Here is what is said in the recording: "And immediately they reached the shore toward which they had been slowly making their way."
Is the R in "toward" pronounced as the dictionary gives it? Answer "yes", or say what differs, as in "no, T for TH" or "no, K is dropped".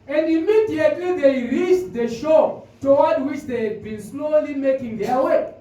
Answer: no, W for R